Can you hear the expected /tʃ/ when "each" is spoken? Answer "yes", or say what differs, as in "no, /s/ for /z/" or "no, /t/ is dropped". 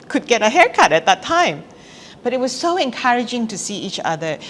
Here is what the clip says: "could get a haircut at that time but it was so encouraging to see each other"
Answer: yes